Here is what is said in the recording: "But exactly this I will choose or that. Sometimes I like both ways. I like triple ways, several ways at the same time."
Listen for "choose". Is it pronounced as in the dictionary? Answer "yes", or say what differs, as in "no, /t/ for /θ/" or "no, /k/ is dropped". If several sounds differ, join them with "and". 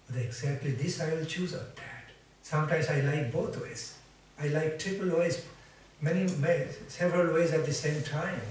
yes